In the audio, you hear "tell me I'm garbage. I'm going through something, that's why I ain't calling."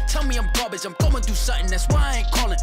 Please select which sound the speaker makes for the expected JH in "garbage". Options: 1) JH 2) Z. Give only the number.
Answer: 2